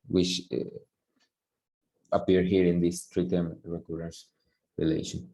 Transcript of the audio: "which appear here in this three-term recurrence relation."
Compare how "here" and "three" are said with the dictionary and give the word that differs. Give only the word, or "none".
three